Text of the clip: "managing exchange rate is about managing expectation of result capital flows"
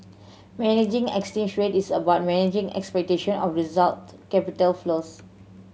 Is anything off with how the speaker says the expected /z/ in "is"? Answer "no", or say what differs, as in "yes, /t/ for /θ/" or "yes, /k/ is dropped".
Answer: yes, /s/ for /z/